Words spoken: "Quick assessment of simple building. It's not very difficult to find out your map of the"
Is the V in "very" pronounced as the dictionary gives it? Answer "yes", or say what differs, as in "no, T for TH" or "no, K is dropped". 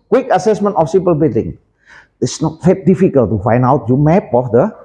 no, F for V